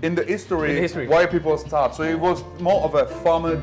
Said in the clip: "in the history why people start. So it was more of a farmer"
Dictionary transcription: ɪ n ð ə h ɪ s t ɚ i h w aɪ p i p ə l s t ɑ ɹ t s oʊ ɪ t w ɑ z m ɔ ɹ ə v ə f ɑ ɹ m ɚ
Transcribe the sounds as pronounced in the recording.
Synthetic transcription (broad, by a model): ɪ n ð ə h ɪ s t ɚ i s w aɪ p i p ə l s t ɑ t s oʊ ɪ t w ɑ z m ɔ ɹ ə v ə f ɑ m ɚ